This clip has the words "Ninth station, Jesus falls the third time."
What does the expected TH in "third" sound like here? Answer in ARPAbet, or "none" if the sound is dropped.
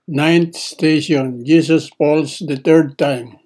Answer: T